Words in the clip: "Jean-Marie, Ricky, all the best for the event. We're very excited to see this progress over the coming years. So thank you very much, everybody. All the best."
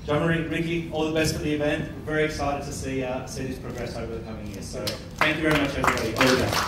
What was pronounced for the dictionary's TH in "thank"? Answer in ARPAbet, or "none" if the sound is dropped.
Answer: TH